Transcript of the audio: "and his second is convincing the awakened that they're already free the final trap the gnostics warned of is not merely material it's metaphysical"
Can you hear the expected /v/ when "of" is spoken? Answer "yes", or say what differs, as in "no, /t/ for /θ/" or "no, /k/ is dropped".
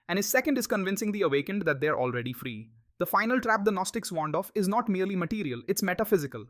no, /f/ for /v/